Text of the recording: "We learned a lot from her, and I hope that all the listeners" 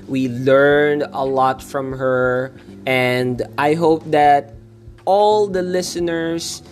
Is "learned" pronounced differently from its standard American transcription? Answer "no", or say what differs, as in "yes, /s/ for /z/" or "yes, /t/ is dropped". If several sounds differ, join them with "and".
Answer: no